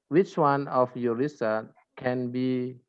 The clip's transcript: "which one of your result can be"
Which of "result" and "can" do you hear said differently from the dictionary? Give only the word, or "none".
result